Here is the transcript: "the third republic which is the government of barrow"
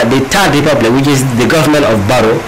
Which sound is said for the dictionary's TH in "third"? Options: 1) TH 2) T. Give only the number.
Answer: 2